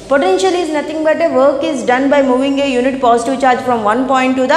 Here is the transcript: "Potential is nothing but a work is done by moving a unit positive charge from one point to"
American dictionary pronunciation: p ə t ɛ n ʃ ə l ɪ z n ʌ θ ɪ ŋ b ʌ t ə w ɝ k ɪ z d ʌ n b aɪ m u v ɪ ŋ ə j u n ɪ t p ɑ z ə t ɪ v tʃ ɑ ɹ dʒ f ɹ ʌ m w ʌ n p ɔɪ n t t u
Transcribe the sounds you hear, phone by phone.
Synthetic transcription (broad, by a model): p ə t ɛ n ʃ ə l ɪ z n ʌ t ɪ ŋ b ʌ t ə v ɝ k ɪ z d ʌ n b aɪ m u v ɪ ŋ ə j u n ɪ t p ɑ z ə t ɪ v tʃ ɑ ɹ dʒ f ɹ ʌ m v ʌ n p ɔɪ n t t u